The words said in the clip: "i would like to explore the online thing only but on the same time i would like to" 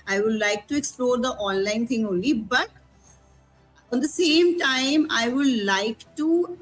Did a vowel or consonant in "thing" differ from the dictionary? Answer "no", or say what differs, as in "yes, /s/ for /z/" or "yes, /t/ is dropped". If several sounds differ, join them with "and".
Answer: yes, /t/ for /θ/